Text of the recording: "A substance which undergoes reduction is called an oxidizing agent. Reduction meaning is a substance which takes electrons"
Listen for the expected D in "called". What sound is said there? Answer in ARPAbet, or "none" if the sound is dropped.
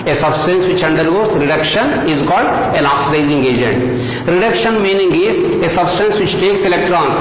D